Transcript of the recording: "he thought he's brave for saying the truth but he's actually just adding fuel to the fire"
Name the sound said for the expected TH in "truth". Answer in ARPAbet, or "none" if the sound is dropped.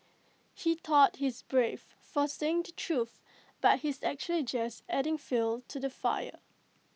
TH